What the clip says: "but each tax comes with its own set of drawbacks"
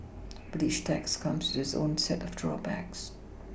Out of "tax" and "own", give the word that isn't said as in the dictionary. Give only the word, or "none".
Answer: none